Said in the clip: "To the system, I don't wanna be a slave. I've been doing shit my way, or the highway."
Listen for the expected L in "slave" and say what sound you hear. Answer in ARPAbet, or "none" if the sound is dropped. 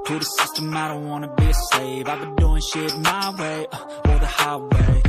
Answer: none